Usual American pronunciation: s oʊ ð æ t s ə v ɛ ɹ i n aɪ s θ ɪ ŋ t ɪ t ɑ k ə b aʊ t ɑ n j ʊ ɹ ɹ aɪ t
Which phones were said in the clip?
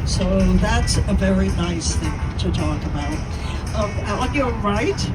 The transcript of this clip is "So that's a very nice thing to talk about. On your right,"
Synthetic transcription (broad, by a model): s oʊ ð æ t s ə v ɛ ɹ i n aɪ s θ ɪ ŋ t ɪ t ɑ k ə b aʊ t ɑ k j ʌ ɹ ɹ aɪ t